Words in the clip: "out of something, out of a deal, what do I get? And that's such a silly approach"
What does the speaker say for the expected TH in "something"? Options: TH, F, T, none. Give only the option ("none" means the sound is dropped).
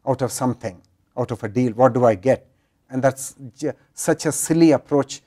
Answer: T